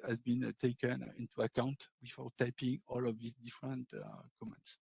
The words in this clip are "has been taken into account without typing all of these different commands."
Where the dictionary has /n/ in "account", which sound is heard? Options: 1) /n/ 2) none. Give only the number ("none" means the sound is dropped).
1